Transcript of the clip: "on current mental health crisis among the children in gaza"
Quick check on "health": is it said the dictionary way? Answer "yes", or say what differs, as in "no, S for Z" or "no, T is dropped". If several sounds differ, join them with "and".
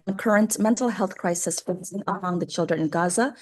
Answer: yes